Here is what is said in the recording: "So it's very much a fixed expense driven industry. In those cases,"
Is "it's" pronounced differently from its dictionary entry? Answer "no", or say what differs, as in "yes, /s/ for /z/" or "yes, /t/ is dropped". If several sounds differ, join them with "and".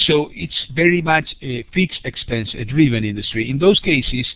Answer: no